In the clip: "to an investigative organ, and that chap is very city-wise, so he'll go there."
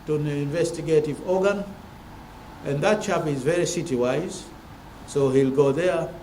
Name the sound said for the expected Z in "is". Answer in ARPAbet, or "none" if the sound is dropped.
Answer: Z